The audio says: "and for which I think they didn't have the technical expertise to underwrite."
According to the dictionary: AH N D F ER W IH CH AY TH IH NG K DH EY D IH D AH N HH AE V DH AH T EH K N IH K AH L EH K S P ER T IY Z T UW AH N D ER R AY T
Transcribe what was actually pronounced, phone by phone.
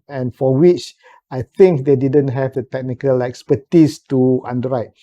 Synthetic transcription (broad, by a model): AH N F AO W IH CH AY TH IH NG K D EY D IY D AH N HH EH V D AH T EH K N IH K AH L EH K S P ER T IY S T UW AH N D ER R AY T